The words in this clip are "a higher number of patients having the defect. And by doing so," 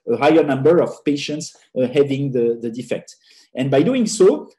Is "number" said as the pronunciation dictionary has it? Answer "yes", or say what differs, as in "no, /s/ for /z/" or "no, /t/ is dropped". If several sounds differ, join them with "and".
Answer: yes